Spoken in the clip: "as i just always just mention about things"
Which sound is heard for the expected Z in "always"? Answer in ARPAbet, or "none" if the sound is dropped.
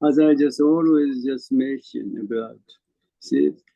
Z